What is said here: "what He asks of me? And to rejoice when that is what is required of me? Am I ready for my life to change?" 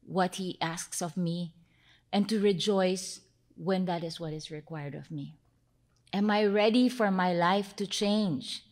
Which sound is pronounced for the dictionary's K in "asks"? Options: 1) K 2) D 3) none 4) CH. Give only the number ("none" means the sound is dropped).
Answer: 1